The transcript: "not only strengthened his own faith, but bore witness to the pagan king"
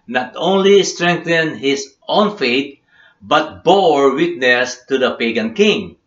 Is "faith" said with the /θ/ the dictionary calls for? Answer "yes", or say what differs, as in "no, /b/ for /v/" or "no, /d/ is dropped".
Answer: no, /t/ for /θ/